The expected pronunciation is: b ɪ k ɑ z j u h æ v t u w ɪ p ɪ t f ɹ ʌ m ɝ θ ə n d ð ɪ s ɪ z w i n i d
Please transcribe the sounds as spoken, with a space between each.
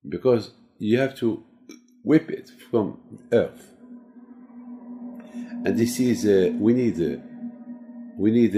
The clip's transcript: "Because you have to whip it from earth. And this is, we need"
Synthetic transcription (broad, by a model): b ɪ k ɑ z j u h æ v t u w ɪ p ɪ t f ɹ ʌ m ɝ θ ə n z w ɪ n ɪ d w i n i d